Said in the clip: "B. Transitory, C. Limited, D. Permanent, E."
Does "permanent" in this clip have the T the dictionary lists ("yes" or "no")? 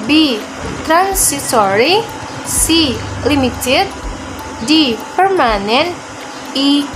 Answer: no